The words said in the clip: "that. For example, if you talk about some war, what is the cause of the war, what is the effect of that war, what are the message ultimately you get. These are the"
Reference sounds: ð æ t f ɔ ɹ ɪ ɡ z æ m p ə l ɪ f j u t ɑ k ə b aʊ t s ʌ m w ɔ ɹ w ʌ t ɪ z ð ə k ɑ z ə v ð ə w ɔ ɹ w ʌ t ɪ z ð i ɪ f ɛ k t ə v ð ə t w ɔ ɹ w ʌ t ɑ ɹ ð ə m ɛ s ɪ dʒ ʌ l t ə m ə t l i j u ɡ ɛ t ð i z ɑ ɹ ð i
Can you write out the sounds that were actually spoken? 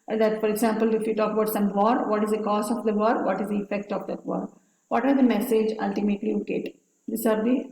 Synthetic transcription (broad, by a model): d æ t f ɔ ɹ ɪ ɡ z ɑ m p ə l ɪ f j u t ɑ k ə b aʊ t s ʌ m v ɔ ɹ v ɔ t ɪ z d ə k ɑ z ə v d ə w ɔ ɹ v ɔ t ɪ z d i ɪ f ɛ k t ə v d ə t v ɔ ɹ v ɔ t ɑ ɹ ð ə m ɛ s ɪ dʒ ʌ l t ə m ə t l i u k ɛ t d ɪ s ɑ ɹ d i